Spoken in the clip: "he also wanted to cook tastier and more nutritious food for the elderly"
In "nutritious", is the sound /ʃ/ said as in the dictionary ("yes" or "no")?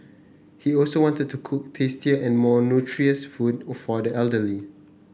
no